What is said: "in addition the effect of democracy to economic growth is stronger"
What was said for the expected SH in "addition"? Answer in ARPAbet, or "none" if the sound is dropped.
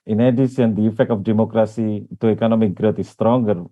S